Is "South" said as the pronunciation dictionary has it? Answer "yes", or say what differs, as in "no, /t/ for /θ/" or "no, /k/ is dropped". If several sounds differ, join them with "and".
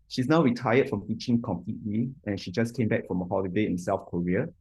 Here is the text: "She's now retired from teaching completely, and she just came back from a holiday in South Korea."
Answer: no, /f/ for /θ/